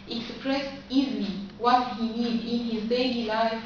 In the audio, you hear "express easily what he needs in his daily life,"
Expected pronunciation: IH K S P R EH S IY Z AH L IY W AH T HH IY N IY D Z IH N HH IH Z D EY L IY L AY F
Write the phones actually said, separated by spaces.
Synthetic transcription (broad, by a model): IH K S P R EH S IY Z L IY W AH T HH IY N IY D IH N HH IH Z D EY L IY L AY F